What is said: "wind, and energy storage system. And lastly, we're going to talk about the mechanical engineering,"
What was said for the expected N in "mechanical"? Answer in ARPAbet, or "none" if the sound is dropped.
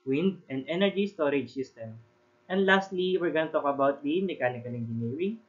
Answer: L